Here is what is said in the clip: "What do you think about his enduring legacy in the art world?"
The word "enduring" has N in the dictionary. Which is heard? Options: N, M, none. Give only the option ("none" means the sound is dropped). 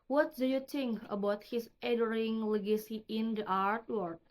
none